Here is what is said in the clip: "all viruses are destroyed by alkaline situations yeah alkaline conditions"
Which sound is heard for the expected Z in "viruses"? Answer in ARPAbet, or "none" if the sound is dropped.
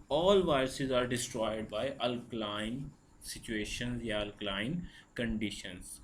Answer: Z